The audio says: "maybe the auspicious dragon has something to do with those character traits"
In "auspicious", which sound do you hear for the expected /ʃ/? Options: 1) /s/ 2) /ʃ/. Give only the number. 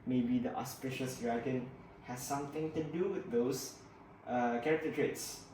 2